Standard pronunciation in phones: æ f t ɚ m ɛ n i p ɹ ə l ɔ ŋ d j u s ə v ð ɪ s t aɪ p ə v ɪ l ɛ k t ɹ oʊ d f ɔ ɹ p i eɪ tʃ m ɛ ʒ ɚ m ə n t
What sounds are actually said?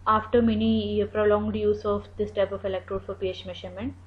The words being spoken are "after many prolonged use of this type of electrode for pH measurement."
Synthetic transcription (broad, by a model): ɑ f t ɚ m ɛ n i p ɹ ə l ɔ ŋ d j u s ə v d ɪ s t aɪ p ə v ɪ l ɛ k t ɹ oʊ d f ɔ ɹ p i eɪ tʃ m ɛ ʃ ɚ m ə n t